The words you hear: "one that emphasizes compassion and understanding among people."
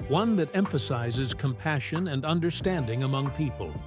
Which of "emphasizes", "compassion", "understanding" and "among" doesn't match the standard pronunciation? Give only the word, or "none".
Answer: none